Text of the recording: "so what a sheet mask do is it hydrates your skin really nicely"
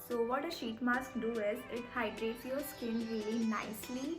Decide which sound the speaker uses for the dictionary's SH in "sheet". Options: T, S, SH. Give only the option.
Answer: SH